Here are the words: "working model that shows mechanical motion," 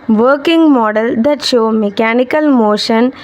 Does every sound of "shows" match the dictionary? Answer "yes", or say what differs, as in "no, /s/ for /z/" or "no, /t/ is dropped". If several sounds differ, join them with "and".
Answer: no, /z/ is dropped